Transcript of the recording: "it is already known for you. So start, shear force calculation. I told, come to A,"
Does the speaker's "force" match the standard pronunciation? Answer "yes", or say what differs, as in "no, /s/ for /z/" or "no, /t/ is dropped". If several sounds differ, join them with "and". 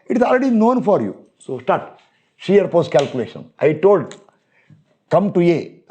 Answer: no, /p/ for /f/